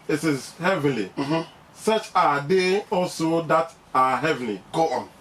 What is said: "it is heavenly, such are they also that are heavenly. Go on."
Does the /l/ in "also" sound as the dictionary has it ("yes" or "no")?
yes